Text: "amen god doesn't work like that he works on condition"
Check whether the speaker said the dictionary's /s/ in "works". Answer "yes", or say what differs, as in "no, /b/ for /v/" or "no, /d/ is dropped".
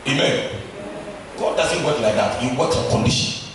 no, /s/ is dropped